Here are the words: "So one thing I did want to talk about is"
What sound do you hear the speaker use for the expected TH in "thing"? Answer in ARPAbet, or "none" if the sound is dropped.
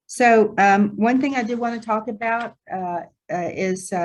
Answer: TH